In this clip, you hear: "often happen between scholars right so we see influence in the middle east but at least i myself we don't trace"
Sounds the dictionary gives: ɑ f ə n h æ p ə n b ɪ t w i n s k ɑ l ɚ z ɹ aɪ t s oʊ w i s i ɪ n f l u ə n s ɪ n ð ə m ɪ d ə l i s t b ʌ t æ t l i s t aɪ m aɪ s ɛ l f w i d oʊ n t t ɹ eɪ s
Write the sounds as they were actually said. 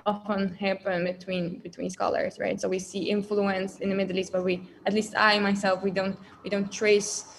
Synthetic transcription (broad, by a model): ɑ f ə n h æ p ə n b ɪ t w i n s k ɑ l ɚ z ɹ aɪ t s oʊ w i s i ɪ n f l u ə n s ɪ n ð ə m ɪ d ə l i s t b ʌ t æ t l i s t aɪ m aɪ s ɛ l f w i d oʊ n t t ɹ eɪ s